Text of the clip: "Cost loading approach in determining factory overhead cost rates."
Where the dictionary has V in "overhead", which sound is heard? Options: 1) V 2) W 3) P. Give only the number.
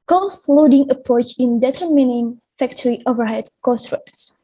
1